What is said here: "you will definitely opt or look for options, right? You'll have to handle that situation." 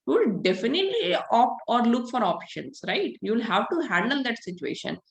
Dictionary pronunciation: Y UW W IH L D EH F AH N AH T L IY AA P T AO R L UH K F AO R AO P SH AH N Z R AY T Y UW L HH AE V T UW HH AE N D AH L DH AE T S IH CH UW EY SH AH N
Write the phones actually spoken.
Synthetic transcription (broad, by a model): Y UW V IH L D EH F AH N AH T L IY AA P AO R L UH K F AO R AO P SH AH N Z R AY T Y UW L HH AE V T UW HH AE N D AH L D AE T S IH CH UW EY SH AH N